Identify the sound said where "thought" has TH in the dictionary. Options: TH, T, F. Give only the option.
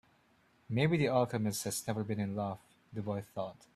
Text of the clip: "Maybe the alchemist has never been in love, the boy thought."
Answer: TH